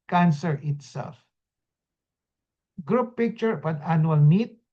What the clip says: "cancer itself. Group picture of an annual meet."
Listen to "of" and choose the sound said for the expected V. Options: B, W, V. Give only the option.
B